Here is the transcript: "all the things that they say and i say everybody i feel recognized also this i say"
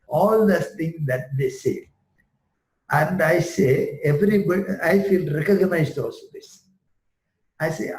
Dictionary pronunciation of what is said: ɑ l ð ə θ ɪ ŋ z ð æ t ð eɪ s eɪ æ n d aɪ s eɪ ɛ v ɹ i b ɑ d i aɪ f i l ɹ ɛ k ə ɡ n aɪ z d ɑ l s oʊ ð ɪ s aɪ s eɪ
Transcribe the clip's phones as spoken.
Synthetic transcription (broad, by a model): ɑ l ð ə t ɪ ŋ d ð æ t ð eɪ s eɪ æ n d aɪ s eɪ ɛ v ɹ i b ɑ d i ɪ f i l ɹ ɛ k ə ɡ n aɪ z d ɑ l s oʊ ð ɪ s aɪ s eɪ